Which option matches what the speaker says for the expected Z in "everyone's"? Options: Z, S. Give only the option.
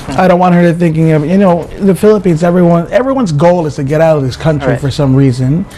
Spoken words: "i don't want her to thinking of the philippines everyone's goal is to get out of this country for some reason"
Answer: Z